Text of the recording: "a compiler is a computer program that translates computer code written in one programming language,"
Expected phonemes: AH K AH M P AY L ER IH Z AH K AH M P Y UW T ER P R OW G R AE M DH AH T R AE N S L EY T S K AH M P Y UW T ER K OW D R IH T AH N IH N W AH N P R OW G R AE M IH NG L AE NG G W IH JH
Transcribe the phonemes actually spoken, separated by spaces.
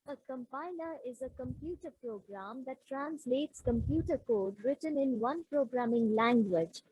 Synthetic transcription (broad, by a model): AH K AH M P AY N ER IH Z AH K AH M P Y UW T ER P R OW G R AE M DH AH T R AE N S L EY T S K AH M P Y UW T ER K OW D R IH T AH N IH N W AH N P R OW G R AE M IH NG L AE NG G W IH JH